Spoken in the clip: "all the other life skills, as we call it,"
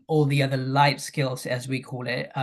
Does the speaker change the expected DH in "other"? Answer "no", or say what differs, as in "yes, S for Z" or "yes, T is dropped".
no